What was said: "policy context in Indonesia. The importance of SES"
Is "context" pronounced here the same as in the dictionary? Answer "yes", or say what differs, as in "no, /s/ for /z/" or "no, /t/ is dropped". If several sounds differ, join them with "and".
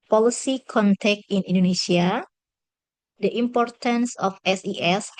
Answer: no, /s/ is dropped